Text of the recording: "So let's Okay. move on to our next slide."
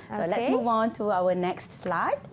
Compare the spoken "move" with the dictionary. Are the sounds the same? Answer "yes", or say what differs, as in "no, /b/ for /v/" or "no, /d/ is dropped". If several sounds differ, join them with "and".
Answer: yes